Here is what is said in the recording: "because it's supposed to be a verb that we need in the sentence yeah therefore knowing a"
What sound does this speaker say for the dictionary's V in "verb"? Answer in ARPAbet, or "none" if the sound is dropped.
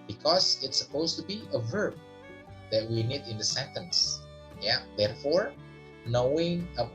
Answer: V